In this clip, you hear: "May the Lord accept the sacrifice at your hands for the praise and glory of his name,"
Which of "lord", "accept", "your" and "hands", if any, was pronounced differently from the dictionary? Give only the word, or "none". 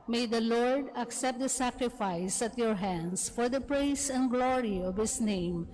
hands